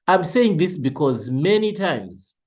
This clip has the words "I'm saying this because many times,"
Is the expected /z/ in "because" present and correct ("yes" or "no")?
yes